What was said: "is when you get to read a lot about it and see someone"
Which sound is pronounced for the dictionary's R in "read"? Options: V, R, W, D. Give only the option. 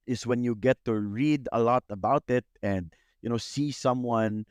R